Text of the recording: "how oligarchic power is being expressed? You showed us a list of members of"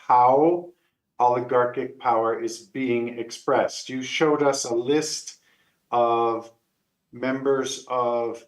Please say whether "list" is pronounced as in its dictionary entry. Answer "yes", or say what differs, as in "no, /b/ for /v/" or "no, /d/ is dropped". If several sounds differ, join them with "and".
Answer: yes